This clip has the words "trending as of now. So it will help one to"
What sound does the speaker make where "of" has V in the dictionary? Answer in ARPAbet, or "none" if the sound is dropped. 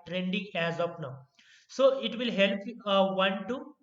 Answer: P